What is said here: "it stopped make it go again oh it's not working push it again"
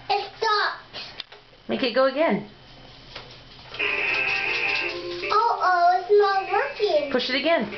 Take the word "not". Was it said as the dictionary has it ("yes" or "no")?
no